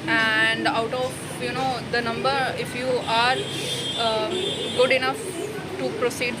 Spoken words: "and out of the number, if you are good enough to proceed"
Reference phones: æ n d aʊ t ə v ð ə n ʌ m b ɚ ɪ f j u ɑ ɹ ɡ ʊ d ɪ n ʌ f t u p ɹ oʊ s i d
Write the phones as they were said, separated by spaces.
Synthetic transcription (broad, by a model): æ n d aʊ t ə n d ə n ʌ m b ɚ ɪ f j u ɑ ɹ ɡ ʊ d ɪ n ʌ f t u p ɹ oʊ s i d